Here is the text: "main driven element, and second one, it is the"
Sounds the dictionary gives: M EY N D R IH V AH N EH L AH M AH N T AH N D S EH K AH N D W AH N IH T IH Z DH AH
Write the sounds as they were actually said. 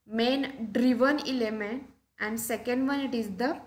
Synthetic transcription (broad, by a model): M EY N D R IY V AH N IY L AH M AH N AH N D S EH K AH N D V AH N IH T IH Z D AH